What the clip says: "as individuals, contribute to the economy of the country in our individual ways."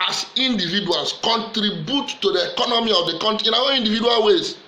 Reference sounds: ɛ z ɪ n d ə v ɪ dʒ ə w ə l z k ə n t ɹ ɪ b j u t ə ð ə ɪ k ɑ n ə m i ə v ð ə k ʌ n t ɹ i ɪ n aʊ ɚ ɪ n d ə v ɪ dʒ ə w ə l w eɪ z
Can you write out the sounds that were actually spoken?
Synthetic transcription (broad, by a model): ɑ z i n d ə v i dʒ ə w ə l s k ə n t ɹ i b j u t ə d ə ɪ k ɑ n ə m i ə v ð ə k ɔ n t i ɪ n aʊ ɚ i n d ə v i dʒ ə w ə l w eɪ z